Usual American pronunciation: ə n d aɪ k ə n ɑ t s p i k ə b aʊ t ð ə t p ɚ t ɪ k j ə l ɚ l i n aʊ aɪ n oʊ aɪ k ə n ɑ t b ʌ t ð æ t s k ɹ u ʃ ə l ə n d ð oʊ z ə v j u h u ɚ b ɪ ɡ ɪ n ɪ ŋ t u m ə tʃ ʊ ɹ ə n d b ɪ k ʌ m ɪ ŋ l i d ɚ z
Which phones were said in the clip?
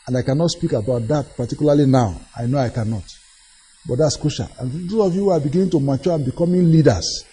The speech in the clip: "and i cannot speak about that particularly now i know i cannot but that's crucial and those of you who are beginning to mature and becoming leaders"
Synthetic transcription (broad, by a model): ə n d aɪ k ə n ɑ t s p i k ə b aʊ t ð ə t p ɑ t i k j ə l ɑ l i n aʊ aɪ n oʊ aɪ k ə n ɑ t b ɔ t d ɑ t s k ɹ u ʃ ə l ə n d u ə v j u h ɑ b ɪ ɡ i n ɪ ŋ t u m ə tʃ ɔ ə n b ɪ k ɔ m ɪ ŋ l i d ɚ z